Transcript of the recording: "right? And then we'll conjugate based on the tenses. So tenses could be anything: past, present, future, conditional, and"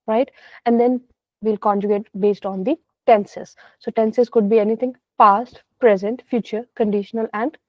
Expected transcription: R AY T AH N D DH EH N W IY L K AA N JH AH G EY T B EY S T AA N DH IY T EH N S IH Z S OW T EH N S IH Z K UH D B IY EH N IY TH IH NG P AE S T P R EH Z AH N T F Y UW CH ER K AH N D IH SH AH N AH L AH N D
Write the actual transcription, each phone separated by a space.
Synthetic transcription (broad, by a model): R AY T AH N D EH N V IY L K AA N JH AH G EY T B EY S T AA N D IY T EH N S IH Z S OW T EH N S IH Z K UH D B IY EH N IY T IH NG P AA S T P R EH Z AH N T F Y UW CH ER K AH N D IH SH AH N AH L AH N D